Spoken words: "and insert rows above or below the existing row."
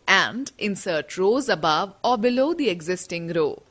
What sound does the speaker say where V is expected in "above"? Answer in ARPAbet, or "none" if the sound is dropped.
V